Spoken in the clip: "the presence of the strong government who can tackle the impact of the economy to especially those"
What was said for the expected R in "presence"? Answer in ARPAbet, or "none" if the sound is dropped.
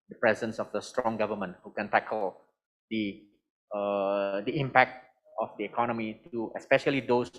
R